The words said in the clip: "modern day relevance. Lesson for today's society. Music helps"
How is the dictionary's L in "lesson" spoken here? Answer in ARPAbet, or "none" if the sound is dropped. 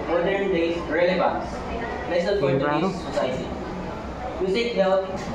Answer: N